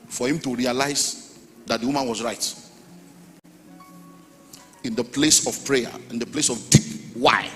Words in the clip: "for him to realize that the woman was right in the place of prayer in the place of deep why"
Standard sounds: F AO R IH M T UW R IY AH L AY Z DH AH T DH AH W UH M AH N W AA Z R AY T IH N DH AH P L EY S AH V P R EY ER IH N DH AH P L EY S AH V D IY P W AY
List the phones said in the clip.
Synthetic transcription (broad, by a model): F AO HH IH M T UW R IY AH L AY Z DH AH T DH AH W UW M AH N W AA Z R AY T IH N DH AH P L EY S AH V P R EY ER IH N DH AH P L EY S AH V D IY P W AY